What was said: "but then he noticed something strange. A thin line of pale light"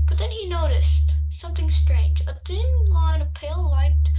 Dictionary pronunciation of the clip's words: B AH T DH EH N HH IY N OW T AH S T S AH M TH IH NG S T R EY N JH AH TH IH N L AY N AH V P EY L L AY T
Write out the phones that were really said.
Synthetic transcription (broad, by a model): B AH T DH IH N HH IY N OW T AH S T S AH M TH IH NG S T R EY N JH AH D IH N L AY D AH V P EY L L AY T